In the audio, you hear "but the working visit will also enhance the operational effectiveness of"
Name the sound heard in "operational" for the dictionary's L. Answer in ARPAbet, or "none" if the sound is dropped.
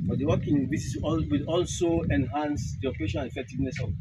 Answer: N